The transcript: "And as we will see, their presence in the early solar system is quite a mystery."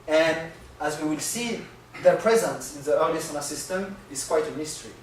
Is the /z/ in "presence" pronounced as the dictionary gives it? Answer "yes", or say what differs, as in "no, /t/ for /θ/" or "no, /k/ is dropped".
yes